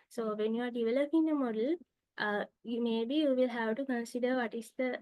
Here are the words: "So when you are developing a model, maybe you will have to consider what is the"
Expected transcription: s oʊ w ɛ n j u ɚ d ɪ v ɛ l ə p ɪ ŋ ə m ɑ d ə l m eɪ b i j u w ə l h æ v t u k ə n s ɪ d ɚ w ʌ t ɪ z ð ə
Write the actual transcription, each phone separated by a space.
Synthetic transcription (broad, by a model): s oʊ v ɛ n j u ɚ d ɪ v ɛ l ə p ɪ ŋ ə m ɑ d ə l m eɪ b i j u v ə l h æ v t u k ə n s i d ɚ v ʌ t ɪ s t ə